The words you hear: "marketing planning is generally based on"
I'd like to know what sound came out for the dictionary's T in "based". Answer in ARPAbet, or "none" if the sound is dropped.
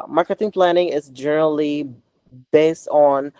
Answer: T